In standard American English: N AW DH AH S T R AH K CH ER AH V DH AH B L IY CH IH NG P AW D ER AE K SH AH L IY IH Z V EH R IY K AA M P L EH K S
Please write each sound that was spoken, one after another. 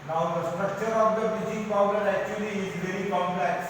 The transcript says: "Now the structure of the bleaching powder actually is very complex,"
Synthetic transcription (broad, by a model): N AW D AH S T R AH K CH ER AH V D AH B IY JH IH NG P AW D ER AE K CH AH L IY IH Z V EH R IY K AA M P L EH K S